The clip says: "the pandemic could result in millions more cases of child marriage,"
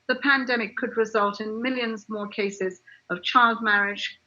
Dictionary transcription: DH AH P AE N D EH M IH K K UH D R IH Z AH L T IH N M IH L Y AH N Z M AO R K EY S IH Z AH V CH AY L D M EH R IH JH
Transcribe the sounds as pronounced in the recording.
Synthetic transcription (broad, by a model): DH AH P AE N D EH M IH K K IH D R IH Z AH L T IH N M IH L Y AH N Z M AO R K EY S IH Z AH V CH AY L D M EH R IH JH